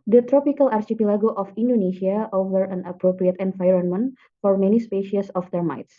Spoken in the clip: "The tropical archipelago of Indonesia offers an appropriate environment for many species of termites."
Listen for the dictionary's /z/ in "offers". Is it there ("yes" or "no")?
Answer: no